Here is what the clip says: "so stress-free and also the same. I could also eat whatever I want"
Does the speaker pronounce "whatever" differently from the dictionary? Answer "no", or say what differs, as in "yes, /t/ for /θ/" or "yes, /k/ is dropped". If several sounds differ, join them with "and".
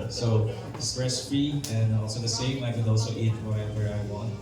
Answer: yes, /w/ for /v/